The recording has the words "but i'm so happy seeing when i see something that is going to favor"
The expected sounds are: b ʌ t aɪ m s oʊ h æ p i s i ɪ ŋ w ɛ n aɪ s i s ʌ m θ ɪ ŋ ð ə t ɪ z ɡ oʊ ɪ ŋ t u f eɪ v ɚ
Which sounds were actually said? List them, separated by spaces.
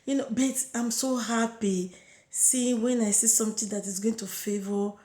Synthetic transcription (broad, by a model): b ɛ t aɪ m s oʊ h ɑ p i s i w ɛ n aɪ s i s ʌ m t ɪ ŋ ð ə t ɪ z ɡ oʊ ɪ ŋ t u f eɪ v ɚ